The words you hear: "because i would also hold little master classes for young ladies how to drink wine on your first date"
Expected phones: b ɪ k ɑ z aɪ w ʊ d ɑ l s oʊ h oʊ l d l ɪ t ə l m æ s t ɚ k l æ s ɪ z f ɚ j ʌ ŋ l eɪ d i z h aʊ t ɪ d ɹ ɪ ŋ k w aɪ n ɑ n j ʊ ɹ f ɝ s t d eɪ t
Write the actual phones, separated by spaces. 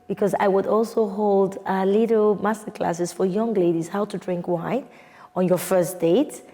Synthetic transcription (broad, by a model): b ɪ k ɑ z aɪ w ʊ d ɑ l s oʊ h oʊ l d l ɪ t l m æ s t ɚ k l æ s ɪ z f ɚ j ʌ ŋ l eɪ d i z h aʊ t ɪ d ɹ ɪ ŋ k w aɪ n ɑ n j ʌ ɹ f ɝ s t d eɪ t